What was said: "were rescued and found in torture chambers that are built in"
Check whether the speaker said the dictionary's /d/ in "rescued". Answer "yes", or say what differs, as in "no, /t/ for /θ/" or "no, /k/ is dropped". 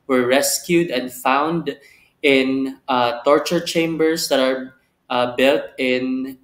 yes